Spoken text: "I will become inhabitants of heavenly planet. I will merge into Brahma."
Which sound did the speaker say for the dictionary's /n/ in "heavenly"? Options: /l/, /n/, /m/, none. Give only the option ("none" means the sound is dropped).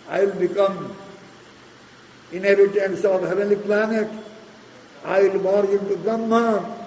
none